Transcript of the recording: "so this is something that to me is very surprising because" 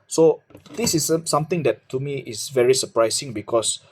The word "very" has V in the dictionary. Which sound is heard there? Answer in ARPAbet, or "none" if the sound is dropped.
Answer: V